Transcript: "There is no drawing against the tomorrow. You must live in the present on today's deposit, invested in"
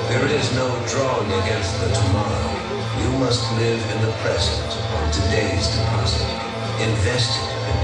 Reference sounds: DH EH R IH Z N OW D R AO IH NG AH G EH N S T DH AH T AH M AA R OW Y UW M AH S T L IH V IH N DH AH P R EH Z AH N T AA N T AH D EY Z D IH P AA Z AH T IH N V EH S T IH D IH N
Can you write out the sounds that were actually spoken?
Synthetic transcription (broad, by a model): DH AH R IH Z N OW D R AO IH NG AH G EH N S T DH AH T AH M AA R OW Y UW M AH S T L IH V IH N DH AH P R EH Z AH N T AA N T AH D EY Z D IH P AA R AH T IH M V EH S T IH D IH